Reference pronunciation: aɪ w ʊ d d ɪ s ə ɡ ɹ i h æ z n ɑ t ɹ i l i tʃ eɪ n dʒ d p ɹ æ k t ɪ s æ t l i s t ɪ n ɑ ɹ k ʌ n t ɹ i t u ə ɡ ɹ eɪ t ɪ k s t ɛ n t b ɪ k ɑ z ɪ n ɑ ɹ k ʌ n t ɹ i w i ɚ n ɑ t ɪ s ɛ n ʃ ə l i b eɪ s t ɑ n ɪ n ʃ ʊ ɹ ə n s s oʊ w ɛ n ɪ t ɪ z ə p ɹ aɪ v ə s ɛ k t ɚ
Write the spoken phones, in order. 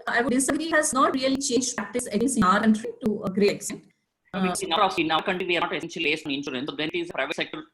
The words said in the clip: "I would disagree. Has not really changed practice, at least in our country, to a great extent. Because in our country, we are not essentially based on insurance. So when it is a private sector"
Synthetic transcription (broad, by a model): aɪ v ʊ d d ɪ s ə ɡ ɹ i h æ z n ɑ t ɹ i l i tʃ eɪ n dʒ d p ɹ æ k t ɪ s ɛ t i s ɪ n ɑ ɹ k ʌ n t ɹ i t u ə ɡ ɹ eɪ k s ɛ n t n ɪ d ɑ s ɪ n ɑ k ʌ n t i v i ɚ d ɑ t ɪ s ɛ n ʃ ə l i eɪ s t ɑ n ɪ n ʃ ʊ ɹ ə n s s oʊ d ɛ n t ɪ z ə p ɹ aɪ v ə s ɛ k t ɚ